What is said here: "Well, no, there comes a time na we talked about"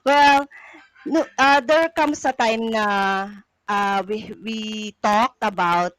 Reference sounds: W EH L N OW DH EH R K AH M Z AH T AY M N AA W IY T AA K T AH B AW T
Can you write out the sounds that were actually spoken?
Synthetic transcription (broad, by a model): W EH L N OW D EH R K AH M S AH T AY M N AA W IY T AA K T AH B AW T